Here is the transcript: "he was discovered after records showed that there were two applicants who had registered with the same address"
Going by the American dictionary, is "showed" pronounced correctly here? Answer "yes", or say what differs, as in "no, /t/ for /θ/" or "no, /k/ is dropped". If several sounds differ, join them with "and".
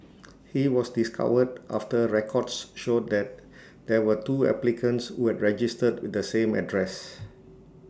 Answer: yes